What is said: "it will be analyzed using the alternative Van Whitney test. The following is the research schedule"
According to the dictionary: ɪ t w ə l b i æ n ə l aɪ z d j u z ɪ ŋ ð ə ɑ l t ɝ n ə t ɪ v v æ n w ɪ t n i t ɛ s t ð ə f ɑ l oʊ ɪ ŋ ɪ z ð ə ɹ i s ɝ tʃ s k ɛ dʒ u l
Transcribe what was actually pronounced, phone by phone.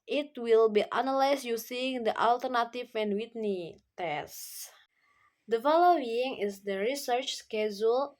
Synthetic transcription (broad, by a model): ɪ t w ə l b i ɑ n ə l aɪ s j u s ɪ ŋ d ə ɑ l t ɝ n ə t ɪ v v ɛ n w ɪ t n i t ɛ s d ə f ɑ l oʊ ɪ ŋ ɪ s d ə ɹ i s ɝ tʃ s k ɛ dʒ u l